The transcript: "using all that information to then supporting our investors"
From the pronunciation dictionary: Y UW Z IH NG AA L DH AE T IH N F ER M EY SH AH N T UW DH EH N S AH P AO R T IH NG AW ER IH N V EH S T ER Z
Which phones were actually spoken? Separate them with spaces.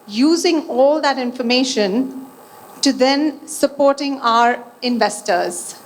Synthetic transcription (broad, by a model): Y UW Z IH NG AA L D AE T IH N F ER M EY SH AH N T UW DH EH N S AH P AO R T IH NG AW ER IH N V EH S T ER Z